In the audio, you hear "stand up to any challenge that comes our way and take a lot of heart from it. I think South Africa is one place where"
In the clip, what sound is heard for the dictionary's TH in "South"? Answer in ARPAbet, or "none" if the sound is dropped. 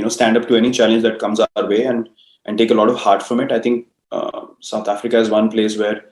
T